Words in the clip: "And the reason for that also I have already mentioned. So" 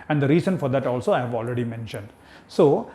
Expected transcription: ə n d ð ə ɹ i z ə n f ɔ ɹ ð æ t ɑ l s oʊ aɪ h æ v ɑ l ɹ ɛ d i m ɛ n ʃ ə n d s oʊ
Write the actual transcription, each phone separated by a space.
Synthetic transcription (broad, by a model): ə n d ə ɹ i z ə n f ɔ ɹ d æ t ɑ l s oʊ aɪ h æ v ɑ l ɹ ɛ d i m ɛ n ʃ ə n d s oʊ